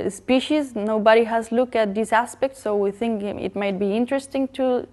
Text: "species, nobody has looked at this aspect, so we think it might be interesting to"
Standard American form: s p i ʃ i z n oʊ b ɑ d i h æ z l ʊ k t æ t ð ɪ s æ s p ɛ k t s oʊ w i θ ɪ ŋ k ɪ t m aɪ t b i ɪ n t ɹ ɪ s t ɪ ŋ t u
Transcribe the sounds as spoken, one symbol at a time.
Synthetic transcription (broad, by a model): s p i ʃ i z n oʊ b ɑ d i h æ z l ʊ k æ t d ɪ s æ s p ɛ k t s oʊ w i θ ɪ ŋ k ɪ t m aɪ t b i ɪ n t ɹ ɪ s t ɪ ŋ t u